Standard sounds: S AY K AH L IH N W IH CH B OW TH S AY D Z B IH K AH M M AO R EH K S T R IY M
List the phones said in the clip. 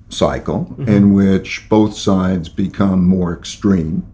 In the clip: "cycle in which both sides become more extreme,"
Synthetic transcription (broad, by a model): S AY K L IH N W IH CH B OW TH S AY D Z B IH K AH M M AO R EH K S T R IY M